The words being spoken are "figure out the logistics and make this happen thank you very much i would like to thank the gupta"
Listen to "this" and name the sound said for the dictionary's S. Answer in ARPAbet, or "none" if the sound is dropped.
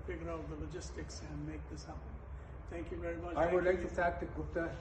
S